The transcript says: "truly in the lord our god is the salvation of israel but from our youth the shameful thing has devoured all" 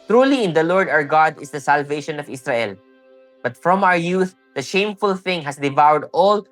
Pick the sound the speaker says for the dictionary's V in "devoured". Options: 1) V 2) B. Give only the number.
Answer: 1